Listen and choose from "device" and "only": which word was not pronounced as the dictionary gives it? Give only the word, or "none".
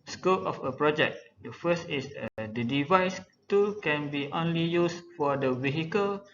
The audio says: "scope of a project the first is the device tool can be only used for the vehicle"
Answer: none